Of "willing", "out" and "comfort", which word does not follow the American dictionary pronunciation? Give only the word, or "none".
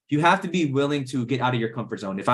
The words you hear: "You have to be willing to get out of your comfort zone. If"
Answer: none